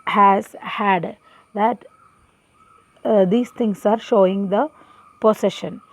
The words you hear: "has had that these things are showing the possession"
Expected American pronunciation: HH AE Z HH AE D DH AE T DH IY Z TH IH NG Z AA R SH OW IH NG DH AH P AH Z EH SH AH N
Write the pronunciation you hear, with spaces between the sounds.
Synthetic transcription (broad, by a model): HH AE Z HH AE D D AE T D IY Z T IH NG S AA R SH OW IH NG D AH P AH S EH SH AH N